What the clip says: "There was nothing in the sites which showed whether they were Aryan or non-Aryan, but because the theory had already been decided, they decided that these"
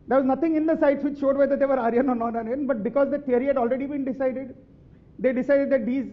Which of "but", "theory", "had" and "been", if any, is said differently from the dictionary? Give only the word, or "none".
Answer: theory